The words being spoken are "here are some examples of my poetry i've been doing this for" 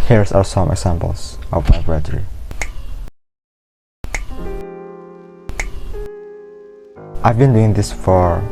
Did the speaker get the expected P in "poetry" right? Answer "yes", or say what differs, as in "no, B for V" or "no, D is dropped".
no, B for P